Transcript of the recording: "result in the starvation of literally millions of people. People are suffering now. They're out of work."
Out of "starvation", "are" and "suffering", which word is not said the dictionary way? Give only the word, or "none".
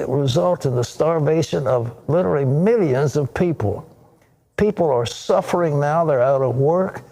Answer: none